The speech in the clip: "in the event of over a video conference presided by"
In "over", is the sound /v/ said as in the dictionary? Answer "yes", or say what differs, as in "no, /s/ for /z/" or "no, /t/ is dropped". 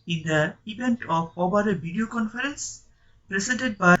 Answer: no, /b/ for /v/